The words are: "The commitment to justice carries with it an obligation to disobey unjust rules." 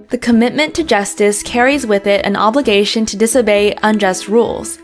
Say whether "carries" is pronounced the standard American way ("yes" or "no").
yes